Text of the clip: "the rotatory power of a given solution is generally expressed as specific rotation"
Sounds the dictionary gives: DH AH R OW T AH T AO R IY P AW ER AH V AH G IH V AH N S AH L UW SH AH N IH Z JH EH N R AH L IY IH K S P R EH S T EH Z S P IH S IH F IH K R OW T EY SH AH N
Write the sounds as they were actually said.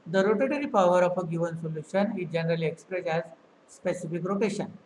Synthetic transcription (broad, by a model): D AH R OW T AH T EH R IY P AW ER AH F AH G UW V AH N S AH L UW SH AH N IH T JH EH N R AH L IY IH K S P R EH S EH Z S P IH S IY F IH K R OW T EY SH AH N